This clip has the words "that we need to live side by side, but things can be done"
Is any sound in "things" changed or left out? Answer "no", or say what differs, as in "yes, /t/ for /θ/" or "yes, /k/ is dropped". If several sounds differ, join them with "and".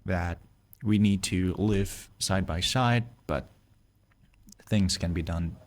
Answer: no